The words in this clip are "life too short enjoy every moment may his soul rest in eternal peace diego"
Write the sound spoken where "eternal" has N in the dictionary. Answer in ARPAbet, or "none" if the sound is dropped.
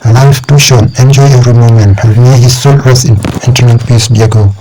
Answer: none